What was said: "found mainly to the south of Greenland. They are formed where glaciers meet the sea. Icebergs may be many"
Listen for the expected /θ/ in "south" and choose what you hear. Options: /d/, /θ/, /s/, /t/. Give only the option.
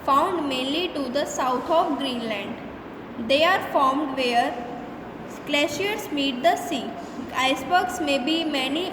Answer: /t/